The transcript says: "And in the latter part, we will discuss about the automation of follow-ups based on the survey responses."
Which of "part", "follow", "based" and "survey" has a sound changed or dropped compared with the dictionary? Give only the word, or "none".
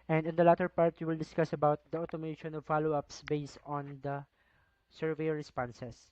none